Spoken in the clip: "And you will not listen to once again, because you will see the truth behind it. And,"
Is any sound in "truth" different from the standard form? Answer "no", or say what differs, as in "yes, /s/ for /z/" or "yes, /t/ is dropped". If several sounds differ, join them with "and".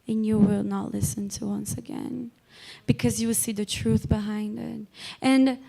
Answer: no